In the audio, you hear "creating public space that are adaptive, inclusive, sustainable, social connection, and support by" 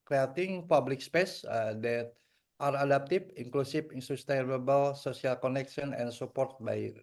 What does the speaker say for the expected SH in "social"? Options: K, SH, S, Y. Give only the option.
S